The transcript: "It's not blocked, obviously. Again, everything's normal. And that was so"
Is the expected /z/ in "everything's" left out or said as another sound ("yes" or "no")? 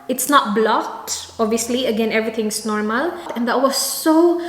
yes